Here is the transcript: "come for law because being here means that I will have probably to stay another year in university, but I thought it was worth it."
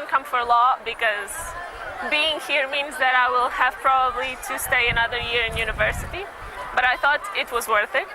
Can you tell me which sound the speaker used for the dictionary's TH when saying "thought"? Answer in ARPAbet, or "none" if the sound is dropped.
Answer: TH